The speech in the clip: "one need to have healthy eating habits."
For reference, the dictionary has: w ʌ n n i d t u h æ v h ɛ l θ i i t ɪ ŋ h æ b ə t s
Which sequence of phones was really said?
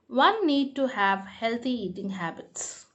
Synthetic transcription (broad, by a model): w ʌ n n i d t u h æ v h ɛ l t i i t ɪ ŋ h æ b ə t s